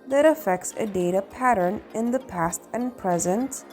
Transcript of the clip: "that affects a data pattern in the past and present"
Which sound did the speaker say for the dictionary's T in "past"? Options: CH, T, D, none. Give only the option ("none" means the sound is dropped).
T